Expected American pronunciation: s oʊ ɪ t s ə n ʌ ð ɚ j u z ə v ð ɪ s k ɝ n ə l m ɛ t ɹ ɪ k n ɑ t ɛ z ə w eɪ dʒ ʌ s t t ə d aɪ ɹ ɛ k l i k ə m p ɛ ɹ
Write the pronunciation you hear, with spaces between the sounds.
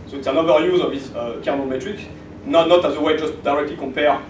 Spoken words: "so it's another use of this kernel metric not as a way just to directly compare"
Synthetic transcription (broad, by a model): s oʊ ɪ t s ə n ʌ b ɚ j u z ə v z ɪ k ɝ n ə m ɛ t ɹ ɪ k n ɑ t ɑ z ə w eɪ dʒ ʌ s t t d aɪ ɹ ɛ k l i k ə m p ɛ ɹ